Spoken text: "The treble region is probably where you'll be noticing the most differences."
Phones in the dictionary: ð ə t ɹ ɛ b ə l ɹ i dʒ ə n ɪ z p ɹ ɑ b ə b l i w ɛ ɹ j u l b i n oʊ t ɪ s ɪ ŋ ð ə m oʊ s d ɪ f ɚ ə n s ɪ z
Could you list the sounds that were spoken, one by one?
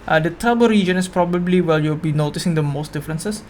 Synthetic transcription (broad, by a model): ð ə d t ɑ b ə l ɹ i dʒ ə n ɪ s p ɹ ɑ b ə b l i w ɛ l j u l b i n oʊ t ɪ s ɪ ŋ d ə m oʊ s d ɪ f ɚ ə n s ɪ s